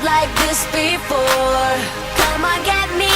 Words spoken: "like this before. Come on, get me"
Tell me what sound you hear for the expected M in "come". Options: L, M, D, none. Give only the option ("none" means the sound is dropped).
M